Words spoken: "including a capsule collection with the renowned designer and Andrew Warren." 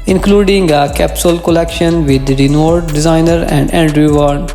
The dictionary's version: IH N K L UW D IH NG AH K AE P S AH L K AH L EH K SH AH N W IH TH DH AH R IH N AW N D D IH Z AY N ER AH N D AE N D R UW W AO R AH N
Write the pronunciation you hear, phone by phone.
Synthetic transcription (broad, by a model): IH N K L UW D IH NG AH K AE P S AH L K AH L EH K SH AH N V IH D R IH N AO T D D IH Z AY N ER AH N D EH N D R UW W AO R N